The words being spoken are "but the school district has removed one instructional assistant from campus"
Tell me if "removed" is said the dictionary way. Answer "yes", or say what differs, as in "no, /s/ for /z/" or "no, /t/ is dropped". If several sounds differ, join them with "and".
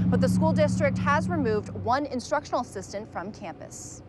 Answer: yes